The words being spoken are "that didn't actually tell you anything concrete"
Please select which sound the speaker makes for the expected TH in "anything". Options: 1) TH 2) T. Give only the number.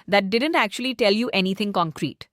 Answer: 2